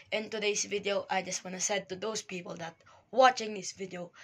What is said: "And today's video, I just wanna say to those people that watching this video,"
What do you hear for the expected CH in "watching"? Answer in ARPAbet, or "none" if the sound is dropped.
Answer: CH